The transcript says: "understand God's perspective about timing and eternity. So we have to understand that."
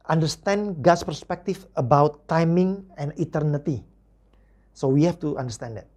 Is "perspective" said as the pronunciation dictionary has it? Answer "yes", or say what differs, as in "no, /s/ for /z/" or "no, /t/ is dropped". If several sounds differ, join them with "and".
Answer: no, /f/ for /v/